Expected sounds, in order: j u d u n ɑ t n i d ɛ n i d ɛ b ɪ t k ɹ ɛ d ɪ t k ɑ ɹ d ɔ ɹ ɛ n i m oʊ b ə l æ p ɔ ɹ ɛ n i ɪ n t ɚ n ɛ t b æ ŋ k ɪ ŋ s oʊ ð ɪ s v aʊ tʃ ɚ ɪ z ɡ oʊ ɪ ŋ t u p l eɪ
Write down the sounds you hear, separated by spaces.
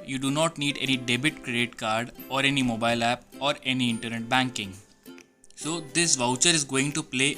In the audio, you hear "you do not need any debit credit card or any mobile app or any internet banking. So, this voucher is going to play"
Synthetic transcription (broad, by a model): j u d u n ɑ t n i d ɛ n i d ɛ b ɪ t k ɹ ɛ d ɪ t k ɑ ɹ d ɔ ɹ ɛ n i m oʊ b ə l æ p ɔ ɹ ɛ n i ɪ n t ɚ n ɛ t b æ ŋ k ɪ ŋ s oʊ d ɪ s v aʊ tʃ ɚ ɪ z ɡ oʊ ɪ ŋ t u p l eɪ